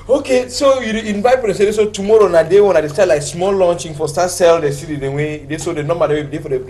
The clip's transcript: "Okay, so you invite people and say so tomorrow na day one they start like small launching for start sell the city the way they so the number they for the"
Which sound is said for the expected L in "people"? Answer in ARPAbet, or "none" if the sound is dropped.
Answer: N